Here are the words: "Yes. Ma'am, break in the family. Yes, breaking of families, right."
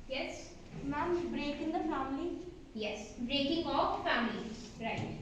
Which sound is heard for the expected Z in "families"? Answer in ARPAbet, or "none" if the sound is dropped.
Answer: none